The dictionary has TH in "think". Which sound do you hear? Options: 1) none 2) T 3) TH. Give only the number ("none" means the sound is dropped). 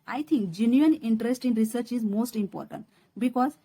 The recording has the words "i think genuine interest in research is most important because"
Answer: 2